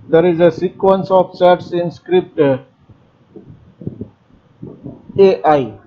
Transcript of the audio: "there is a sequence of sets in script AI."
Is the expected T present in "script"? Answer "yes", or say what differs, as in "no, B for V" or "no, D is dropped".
yes